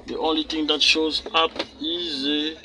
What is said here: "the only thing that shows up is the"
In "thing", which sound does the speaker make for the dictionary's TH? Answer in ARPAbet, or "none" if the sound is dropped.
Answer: T